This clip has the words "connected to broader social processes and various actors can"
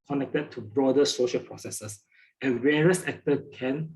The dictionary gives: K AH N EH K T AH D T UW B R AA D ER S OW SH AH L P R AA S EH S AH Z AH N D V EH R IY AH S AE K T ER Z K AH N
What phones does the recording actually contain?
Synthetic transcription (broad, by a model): K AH N EH K T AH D T UW B R AA D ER S OW SH AH L P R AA S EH S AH S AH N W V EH R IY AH S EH K T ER K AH N